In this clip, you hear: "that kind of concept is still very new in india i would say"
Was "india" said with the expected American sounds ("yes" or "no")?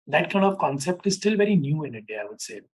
no